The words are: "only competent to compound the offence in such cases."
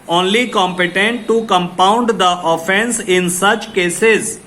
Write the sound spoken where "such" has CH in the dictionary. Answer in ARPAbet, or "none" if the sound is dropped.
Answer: CH